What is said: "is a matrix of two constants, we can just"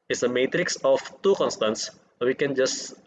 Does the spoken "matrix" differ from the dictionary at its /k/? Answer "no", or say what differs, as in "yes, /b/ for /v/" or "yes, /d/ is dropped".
no